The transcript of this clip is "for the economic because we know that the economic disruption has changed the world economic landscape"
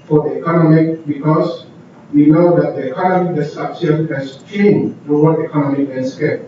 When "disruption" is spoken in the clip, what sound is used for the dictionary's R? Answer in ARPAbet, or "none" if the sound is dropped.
none